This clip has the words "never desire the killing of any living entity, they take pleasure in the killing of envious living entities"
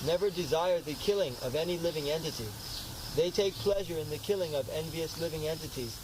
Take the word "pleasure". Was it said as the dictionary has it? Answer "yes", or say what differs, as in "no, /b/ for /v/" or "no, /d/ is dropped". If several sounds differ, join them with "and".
yes